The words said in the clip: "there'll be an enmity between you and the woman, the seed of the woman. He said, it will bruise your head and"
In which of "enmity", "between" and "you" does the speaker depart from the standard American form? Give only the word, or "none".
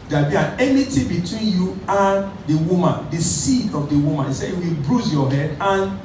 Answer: enmity